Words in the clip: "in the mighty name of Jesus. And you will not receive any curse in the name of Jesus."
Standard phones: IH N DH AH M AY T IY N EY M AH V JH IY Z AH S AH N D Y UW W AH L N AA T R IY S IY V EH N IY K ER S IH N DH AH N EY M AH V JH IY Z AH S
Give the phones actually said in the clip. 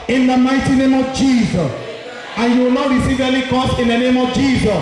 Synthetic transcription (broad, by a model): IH N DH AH M AY T IY N EY M AH V JH IY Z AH S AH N Y UW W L N AA T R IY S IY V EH L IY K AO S IH N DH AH N EY M AH V JH IY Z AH S